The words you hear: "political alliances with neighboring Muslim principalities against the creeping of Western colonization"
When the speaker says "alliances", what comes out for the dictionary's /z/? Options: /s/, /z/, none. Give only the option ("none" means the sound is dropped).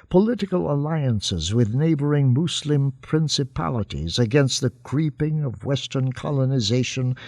/z/